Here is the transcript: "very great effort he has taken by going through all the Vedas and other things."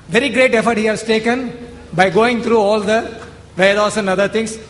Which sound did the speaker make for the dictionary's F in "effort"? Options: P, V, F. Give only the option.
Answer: F